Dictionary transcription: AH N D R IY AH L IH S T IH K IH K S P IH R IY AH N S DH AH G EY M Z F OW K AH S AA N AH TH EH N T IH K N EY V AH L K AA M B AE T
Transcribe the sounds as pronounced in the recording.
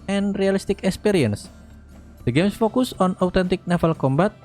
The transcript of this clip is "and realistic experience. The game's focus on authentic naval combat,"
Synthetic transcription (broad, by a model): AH N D R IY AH L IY S T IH K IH K S P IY R IY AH N S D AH G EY M S F OW K AH S AA N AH T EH N T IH K N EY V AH L K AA M B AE T